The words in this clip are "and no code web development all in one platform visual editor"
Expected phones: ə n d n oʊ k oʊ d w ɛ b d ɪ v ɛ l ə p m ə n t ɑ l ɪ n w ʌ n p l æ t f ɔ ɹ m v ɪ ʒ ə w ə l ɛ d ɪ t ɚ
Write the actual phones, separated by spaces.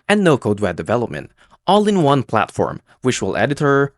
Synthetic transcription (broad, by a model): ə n n oʊ k oʊ d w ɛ d ɪ v ɛ l ə p m ə n t ɑ l ɪ n w ʌ n p l æ t f ɔ ɹ m w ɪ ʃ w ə l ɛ d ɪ t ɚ